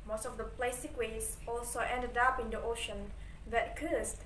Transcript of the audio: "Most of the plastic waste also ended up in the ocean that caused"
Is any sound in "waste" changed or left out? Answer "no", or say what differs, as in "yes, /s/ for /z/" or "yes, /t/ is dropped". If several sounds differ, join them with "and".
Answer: yes, /t/ is dropped